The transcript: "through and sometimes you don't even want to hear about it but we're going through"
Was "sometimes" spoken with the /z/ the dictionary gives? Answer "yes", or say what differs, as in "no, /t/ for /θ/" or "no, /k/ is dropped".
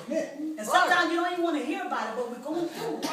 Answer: no, /z/ is dropped